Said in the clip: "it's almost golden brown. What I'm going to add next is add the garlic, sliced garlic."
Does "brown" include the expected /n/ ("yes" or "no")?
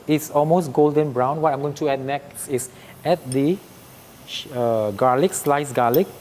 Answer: yes